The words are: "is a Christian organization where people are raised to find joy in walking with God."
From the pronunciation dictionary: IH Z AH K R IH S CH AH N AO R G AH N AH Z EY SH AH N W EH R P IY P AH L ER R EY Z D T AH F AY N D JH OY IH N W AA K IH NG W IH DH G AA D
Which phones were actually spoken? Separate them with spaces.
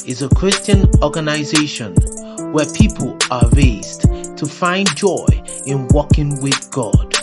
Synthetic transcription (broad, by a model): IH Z AH K R IH S CH AH N AO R G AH N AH Z EY SH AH N W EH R P IY P AH L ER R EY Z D T AH F AY N JH OY IH N W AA K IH NG W IH DH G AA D